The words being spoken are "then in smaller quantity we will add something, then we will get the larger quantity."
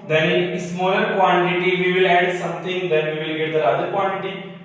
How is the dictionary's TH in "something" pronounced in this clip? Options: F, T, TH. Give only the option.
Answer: T